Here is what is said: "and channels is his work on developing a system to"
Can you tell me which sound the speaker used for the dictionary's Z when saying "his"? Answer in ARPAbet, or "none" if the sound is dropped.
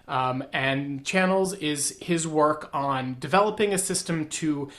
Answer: Z